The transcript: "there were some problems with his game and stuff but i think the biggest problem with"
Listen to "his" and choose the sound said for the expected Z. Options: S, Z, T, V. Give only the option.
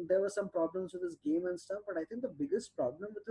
S